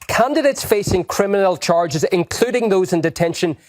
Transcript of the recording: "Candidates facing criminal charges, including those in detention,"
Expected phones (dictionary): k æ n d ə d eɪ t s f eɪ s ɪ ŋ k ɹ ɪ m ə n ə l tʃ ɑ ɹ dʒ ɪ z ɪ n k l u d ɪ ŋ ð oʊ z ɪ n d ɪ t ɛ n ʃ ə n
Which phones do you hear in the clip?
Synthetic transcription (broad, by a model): k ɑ n d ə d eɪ t s f eɪ s ɪ ŋ k ɹ ɪ m ə n ə l tʃ ɑ ɹ dʒ ɪ z ɪ n k l u d ɪ ŋ ð oʊ z ɪ n d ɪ t ɛ n ʃ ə n